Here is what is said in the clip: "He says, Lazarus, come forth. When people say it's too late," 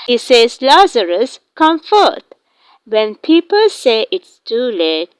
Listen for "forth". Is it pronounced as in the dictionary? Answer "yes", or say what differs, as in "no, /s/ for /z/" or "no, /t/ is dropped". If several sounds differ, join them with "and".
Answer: no, /t/ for /θ/